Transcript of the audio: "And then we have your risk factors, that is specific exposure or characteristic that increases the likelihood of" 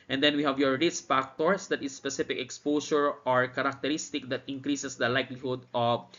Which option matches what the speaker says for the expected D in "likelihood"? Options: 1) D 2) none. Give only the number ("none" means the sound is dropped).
1